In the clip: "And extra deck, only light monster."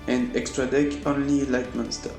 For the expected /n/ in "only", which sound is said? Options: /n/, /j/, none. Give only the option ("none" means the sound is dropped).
/n/